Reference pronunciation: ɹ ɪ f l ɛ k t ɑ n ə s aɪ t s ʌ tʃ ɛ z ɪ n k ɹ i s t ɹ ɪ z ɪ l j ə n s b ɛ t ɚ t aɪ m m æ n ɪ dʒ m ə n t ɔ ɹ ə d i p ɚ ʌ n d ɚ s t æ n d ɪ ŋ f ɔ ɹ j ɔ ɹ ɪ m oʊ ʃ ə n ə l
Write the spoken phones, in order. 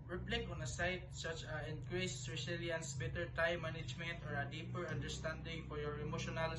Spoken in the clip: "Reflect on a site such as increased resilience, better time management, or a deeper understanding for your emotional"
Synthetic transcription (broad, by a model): ɹ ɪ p l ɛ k ɑ n ə s aɪ t s ʌ tʃ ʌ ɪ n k ɹ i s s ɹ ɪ s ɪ l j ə n s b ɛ t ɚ t aɪ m m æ n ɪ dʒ m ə n t ɔ ɹ ə d i p ɚ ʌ n d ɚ s t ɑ n d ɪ ŋ f ɔ ɹ j ɔ ɹ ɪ m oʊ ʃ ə n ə l